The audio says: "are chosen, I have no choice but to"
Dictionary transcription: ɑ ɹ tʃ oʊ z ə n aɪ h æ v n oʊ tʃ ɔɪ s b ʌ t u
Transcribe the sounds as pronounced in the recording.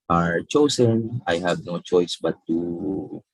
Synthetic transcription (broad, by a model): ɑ ɹ tʃ oʊ s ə n aɪ h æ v n oʊ tʃ ɔɪ s b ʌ t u